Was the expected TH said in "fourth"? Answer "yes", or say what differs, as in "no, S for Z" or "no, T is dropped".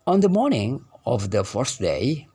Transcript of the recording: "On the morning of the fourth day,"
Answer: no, S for TH